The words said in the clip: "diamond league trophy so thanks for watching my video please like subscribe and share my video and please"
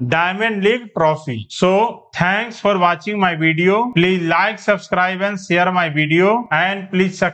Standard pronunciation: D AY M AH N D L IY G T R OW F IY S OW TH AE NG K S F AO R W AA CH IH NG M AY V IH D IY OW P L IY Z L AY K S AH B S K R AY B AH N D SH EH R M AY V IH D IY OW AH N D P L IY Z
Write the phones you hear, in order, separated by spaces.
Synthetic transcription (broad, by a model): D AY M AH N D L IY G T R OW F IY S OW T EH NG K S F AO R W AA CH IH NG M AY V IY D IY OW P L IY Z L AY K S AH B S K R AY B AH N D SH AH R M AY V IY D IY OW AH N D P L IY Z